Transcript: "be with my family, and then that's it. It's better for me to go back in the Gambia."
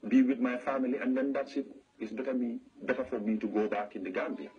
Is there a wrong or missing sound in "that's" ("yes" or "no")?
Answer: yes